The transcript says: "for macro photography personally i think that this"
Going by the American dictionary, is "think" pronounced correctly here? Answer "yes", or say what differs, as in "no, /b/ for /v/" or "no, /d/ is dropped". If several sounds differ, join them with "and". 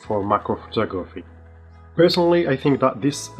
yes